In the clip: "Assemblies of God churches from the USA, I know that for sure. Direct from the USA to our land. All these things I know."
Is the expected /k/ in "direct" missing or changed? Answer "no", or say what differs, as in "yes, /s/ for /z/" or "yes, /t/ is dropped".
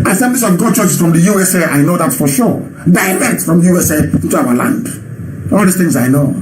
yes, /k/ is dropped